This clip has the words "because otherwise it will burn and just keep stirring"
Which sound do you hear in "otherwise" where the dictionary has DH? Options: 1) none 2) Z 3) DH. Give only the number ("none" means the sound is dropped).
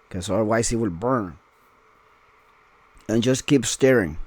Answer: 1